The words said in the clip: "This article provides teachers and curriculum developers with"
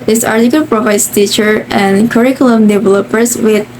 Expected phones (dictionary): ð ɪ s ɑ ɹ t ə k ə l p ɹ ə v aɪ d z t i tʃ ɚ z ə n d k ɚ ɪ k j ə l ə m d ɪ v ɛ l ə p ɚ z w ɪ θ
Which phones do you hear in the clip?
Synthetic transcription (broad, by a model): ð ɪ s ɑ ɹ t ə k ə l p ɹ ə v aɪ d s t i tʃ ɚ ə n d k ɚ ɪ k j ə l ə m d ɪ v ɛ l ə p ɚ s w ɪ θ